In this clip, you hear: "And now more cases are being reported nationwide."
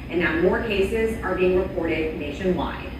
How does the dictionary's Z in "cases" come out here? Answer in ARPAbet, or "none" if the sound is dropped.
Z